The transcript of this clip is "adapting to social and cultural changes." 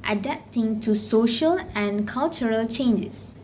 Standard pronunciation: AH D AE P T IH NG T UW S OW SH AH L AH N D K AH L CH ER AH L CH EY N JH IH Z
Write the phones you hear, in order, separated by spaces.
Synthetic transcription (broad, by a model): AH D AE P T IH NG T UW S OW SH AH L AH N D K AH L CH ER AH L CH EY N JH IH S